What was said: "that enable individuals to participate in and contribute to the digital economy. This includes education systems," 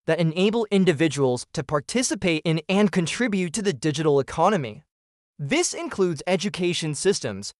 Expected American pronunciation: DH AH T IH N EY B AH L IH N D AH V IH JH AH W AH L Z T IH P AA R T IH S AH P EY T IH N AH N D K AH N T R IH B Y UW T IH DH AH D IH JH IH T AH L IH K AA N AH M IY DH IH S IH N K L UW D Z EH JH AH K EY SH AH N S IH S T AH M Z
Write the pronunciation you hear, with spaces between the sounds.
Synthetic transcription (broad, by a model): DH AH T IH N EY B L IH N D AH V IH JH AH W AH L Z T IH P AA R T IH S AH P EY T IH N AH N K AH N T R IH B Y UW T IH DH AH D IH JH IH T L IH K AA N AH M IY DH IH S IH N K L UW D Z EH JH AH K EY SH AH N S IH S T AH M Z